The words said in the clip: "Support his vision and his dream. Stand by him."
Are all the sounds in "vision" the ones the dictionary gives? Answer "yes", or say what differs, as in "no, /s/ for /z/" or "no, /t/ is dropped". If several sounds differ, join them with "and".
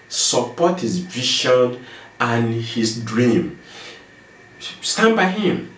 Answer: no, /ʃ/ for /ʒ/